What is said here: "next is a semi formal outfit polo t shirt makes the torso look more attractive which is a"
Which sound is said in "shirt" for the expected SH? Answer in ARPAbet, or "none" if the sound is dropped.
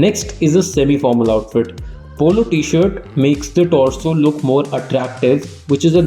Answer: SH